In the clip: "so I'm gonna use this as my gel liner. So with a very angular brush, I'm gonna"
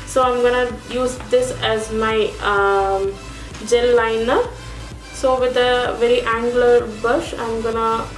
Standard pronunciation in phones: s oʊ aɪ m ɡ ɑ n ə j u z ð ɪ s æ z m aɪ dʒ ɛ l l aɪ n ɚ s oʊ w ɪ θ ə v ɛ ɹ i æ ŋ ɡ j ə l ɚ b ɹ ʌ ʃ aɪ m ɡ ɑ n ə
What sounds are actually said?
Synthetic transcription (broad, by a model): s oʊ aɪ m ɡ ɑ n ə j u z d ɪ s æ z m aɪ dʒ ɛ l l aɪ n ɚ s oʊ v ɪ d ə v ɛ ɹ i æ ŋ ɡ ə l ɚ b ʌ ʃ aɪ m ɡ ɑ n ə